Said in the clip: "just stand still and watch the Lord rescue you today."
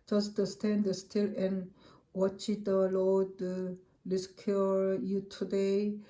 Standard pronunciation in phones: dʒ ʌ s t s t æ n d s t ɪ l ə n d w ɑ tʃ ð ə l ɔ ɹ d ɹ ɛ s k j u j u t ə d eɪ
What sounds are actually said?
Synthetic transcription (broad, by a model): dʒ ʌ s t s t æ n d s t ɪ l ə n w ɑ tʃ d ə l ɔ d l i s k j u j u t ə d eɪ